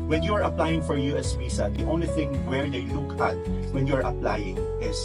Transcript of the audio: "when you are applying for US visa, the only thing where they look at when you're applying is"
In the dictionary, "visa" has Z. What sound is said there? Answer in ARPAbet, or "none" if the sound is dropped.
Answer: S